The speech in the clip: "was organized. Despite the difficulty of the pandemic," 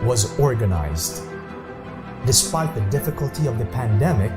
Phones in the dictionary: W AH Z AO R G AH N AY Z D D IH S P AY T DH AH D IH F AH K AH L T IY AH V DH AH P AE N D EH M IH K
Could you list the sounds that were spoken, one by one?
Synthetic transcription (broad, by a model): W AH Z AO R G AH N AY Z D D IH S P AY T DH AH D IH F AH K AH L T IY AH V DH AH P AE N D EH M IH K